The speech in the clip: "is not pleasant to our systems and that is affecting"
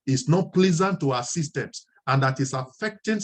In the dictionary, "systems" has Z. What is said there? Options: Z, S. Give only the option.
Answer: S